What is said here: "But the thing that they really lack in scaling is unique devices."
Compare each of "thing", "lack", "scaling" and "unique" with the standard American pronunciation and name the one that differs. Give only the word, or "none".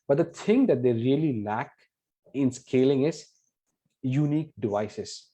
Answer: thing